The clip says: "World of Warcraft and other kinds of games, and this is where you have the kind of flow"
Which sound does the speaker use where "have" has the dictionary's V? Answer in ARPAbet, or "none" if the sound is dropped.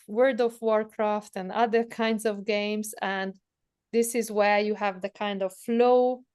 V